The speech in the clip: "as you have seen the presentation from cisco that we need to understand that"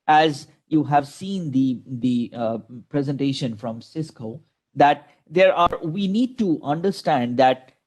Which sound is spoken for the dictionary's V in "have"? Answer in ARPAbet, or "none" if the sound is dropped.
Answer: V